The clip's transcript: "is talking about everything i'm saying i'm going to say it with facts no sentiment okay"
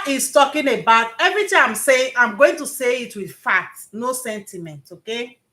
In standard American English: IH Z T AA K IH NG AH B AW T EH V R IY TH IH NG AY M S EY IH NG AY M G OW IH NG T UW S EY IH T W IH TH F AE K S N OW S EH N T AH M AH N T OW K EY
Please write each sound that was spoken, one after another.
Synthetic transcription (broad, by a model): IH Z T AA K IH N AH B AW T EH V R IY T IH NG AY M S EY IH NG AY M G OW IH NG T UW S EY IH T W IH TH F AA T N OW S EH N T AH M AH N T OW K EY